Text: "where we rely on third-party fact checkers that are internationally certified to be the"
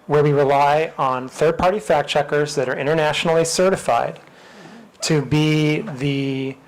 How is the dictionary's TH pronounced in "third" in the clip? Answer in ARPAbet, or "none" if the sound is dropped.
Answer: TH